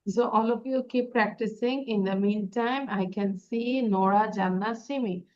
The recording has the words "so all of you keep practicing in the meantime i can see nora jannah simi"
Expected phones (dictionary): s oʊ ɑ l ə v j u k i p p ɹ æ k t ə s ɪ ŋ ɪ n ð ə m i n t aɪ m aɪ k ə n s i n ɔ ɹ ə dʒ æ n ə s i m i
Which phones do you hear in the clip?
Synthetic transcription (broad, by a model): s oʊ ɑ l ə p j u k i p p ɹ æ k t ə s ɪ ŋ ɪ n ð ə m i n t aɪ m aɪ k ə n s i n ɔ ɹ ə dʒ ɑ n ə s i m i